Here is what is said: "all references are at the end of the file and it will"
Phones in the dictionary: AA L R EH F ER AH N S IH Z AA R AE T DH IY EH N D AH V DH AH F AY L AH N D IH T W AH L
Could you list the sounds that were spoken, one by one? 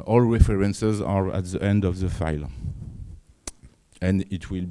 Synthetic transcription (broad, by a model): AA L R EH F ER AH N S IH Z AA R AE T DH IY EH N D AH V DH AH F AY L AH N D IH T W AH L